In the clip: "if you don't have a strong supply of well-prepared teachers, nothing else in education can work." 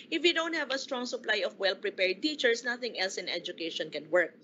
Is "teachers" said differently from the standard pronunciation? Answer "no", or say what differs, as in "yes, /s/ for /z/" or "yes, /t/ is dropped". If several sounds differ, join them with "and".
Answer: yes, /s/ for /z/